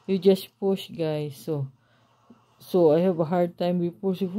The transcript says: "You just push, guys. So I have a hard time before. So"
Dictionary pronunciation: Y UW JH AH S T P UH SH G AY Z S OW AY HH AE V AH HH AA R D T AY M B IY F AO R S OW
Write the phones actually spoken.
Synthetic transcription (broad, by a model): Y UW JH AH S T P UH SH G AY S S OW AY HH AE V AH HH AA R D T AY M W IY P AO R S